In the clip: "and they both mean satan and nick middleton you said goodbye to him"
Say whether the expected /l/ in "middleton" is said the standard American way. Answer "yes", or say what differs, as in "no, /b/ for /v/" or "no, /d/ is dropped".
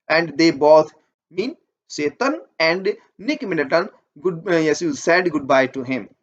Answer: no, /l/ is dropped